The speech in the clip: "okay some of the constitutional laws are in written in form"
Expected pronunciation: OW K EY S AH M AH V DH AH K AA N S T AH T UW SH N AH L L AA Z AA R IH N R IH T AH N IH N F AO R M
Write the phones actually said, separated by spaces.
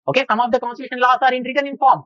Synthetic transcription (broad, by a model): OW K EY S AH M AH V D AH K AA N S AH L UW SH AH N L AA S AA R IH N R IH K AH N IH N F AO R M